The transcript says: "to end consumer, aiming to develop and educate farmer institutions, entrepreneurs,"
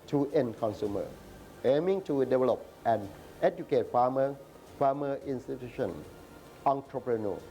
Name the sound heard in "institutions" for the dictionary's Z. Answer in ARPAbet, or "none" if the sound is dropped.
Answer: none